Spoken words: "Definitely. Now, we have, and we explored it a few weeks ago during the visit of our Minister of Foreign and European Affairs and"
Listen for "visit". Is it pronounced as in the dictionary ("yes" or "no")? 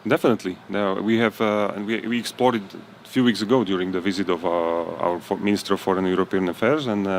yes